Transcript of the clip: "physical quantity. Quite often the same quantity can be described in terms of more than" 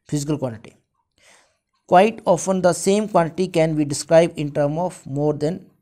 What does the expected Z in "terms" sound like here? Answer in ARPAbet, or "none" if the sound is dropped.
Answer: none